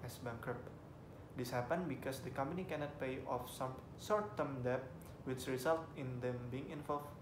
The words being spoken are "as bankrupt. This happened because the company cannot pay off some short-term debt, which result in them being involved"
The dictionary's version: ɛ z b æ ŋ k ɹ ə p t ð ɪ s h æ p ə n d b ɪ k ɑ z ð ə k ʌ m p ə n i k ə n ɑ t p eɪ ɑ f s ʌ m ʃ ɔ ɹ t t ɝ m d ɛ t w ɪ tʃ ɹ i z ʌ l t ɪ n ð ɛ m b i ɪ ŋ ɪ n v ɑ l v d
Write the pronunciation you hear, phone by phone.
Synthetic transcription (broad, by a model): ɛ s b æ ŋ k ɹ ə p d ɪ s h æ p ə n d b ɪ k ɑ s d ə k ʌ m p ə n i k ə n ɑ t p eɪ ɑ f s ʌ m s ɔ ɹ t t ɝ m d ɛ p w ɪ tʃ ɹ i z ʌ l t ɪ n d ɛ m b i ɪ ŋ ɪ n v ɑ l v